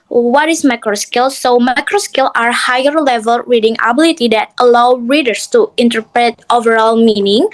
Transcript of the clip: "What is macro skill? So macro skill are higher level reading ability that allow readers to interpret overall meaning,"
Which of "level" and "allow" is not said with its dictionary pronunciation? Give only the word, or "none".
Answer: none